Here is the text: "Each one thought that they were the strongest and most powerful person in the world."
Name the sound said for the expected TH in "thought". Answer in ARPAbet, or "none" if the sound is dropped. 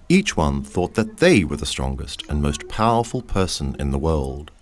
TH